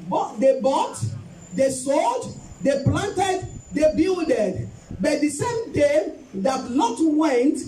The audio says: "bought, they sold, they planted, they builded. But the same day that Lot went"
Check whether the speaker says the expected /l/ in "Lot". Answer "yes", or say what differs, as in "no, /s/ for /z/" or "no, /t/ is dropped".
no, /n/ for /l/